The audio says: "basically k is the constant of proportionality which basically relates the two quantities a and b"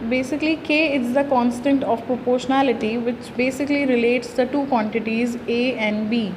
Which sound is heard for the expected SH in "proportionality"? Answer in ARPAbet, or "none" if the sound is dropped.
SH